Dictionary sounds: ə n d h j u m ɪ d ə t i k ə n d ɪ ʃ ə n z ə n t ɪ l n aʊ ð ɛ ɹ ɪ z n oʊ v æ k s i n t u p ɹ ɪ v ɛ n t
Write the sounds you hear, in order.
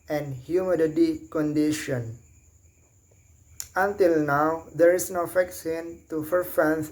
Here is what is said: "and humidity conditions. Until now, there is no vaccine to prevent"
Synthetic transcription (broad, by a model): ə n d h j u m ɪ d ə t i k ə n d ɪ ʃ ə n ə n t ɪ l n aʊ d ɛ ɹ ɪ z n oʊ f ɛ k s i n t u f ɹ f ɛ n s